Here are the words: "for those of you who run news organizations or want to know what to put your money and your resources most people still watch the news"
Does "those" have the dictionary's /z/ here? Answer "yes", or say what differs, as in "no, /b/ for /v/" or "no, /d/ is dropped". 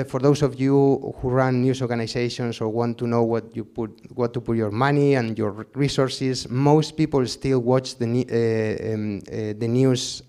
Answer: no, /s/ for /z/